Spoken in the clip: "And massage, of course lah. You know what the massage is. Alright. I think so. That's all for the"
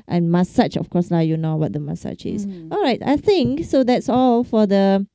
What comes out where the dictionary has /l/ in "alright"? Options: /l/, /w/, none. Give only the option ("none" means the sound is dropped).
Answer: /l/